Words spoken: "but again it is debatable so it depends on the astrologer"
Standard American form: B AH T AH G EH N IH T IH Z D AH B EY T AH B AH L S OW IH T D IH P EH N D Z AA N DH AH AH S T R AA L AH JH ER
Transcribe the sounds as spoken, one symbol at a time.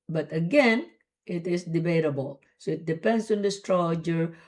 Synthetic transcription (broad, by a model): B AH T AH G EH N IH T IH S D AH B EY T AH B AH L S OW IH T D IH P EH N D S AA N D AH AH S T R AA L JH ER